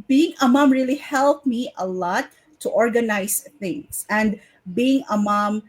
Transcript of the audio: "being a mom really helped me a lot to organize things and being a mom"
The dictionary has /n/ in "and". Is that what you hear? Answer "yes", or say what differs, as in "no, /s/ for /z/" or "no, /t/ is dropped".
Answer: yes